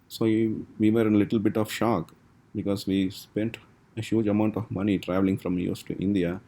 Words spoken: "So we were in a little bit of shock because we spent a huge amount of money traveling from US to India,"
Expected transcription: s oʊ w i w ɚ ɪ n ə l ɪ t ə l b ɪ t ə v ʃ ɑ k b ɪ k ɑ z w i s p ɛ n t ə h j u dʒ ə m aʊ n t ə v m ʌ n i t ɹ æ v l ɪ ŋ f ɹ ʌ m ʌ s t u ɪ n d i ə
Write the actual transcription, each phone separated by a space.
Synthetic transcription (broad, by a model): s oʊ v i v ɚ ɪ n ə l ɪ t ə l b ɪ t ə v ʃ ɑ k b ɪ k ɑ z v i s p ɛ n t ə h j u dʒ ə m aʊ n t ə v m ʌ n i t ɹ æ v l ɪ ŋ f ɹ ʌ m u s t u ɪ n d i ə